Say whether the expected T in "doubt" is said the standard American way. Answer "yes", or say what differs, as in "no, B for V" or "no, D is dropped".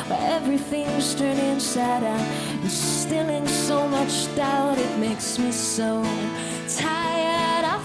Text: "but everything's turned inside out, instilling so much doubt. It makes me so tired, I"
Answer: yes